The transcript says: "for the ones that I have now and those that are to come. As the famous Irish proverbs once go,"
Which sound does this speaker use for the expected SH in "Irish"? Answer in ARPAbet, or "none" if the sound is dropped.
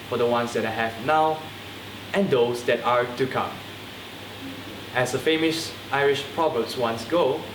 SH